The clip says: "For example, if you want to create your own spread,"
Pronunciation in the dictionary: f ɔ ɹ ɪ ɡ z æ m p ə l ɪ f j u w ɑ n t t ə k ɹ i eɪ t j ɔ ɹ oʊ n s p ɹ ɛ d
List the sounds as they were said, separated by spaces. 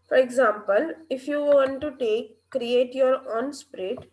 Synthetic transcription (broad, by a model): f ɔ ɹ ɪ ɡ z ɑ m p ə l ɪ f j u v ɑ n t t ə k ɹ i eɪ t j ɔ ɹ oʊ n s p ɹ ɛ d